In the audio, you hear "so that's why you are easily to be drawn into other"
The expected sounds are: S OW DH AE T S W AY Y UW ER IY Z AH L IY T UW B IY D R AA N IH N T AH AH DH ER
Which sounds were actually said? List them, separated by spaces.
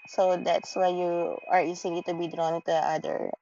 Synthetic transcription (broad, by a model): S OW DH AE T S W AY Y UW ER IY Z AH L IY T UW B IY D R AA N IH T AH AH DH ER